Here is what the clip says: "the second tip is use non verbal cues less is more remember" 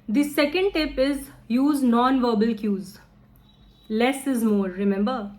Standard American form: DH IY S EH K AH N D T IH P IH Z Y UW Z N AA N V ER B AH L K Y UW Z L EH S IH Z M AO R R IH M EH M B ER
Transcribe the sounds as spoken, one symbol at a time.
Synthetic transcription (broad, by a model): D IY S EH K AH N D T IH P IH Z Y UW Z N AA N V ER B AH L K Y UW Z L EH S IH Z M AO R R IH M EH M B ER